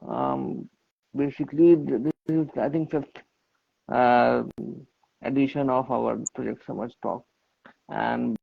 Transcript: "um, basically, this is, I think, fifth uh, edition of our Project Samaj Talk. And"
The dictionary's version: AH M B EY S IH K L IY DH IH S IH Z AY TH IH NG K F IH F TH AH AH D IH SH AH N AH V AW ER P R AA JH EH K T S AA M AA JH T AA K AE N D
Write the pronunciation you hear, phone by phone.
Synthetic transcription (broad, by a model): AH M B EY S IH K L IY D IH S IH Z AY T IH NG K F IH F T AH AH D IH SH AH N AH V AW ER P R AA JH EH K T S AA M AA CH T AA K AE N D